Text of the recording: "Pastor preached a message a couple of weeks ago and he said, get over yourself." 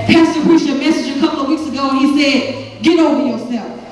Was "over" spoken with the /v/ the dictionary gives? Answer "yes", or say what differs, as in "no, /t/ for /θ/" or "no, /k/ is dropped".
no, /v/ is dropped